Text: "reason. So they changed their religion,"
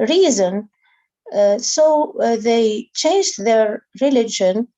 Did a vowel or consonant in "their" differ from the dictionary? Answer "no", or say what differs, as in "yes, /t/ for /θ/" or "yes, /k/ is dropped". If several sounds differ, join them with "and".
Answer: no